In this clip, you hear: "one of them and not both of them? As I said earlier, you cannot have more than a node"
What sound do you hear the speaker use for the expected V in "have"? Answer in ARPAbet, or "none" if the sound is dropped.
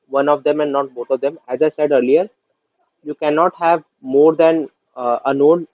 V